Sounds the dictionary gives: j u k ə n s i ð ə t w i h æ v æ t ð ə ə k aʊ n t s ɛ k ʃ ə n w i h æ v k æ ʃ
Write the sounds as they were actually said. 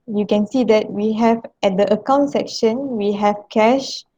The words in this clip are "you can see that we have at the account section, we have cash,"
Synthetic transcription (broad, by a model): j u k ə n s i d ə t w i h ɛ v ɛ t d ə ə k aʊ n t s ɛ k ʃ ə n w i h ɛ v k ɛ ʃ